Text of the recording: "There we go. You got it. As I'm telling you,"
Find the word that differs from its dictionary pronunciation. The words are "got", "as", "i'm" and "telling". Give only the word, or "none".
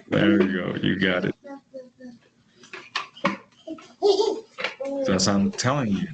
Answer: as